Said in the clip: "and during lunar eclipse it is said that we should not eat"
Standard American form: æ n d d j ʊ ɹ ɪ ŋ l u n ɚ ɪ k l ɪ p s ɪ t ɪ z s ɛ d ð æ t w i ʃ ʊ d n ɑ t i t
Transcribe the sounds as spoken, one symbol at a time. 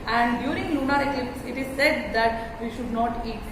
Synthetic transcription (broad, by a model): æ n d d j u ɹ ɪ ŋ l u n ɚ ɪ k ɪ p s ɪ t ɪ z s ɛ d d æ t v i ʃ ʊ d n ɑ t i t